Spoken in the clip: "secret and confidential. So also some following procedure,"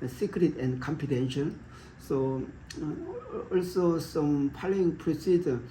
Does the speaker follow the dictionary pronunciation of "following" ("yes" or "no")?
no